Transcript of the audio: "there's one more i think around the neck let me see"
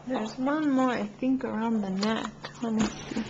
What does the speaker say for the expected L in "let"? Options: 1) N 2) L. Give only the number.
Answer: 1